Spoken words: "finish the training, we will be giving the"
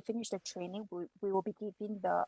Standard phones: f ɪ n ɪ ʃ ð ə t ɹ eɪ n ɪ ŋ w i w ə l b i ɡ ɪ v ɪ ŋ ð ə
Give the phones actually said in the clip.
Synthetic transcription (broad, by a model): f ɪ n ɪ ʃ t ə t ɹ eɪ n ɪ ŋ w i w ə l b i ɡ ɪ p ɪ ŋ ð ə